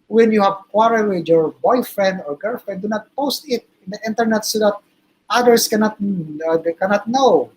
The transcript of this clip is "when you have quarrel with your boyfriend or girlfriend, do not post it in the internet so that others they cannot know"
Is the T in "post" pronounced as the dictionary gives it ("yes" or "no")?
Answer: yes